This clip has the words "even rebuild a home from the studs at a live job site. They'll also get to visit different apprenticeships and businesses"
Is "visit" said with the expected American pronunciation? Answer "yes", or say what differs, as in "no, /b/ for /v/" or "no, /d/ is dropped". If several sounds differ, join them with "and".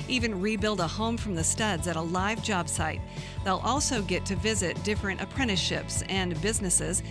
yes